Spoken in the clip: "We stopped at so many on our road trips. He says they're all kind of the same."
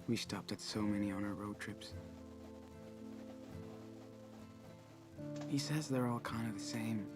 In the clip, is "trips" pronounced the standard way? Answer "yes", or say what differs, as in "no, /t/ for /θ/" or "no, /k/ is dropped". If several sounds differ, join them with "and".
yes